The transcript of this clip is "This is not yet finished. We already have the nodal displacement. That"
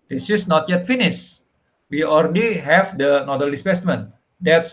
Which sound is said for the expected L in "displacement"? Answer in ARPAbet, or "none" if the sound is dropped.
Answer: none